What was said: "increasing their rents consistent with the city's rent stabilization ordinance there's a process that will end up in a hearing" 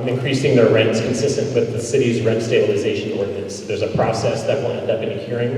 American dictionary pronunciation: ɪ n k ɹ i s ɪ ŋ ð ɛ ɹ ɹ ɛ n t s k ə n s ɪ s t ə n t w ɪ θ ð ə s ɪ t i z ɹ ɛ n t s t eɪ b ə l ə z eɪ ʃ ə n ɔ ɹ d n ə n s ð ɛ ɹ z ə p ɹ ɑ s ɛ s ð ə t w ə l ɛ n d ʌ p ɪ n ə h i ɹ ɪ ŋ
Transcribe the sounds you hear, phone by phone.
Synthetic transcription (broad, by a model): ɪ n k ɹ i s ɪ ŋ ð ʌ ɹ ɹ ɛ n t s k ə n s ɪ s t ə n t w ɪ ð ə s ɪ t i z ɹ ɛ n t s t eɪ b ə l ə z eɪ ʃ ə n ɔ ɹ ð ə s ð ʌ ɹ z ə p ɹ ɑ s ɛ s ð ə t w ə n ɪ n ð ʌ b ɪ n ə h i ɹ ɪ ŋ